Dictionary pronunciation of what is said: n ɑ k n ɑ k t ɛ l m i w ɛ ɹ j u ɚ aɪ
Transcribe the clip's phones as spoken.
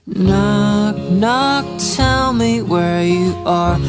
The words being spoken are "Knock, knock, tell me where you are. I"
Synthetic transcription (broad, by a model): n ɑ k n ɑ k t ɛ l m i w ɛ ɹ j u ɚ